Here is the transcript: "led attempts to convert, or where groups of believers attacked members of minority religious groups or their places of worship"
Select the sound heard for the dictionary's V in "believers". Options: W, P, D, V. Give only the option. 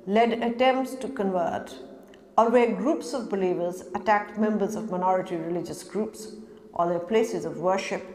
V